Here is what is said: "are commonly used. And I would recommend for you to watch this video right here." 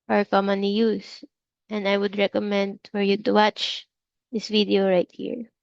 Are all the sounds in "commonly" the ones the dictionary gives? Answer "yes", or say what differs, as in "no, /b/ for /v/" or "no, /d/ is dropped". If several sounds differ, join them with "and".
no, /l/ is dropped